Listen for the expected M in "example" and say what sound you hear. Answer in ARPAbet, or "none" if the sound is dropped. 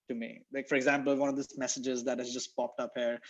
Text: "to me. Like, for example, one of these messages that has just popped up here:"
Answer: M